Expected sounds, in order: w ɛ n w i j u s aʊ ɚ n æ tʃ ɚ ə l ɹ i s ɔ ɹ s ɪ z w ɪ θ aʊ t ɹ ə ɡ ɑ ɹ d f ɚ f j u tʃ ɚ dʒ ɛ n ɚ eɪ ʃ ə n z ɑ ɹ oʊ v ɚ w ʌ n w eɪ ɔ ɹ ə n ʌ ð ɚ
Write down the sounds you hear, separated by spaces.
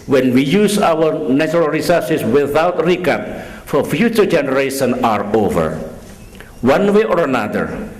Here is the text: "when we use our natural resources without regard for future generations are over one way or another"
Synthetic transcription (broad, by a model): w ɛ n w i j u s aʊ ɚ n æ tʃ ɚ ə l ɹ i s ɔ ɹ s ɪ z w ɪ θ aʊ t ɹ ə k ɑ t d f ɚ f j u tʃ ɚ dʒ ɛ n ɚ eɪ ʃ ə n ɑ ɹ oʊ v ɚ w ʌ n w eɪ ɔ ɹ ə n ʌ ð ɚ